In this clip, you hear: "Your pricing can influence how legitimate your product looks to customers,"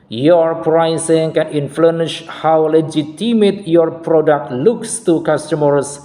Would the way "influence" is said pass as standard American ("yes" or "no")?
no